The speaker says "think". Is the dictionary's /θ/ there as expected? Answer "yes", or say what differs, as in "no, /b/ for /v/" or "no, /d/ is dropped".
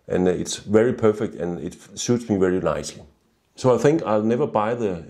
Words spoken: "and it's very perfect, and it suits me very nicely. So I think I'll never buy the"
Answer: yes